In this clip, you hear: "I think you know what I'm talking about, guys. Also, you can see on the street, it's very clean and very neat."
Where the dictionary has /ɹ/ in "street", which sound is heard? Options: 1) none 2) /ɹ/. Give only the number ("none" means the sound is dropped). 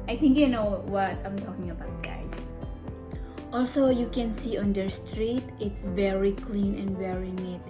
2